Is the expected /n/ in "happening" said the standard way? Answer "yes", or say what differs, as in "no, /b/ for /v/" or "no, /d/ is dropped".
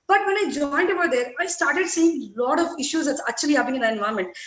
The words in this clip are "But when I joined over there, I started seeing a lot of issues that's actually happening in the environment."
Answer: no, /n/ is dropped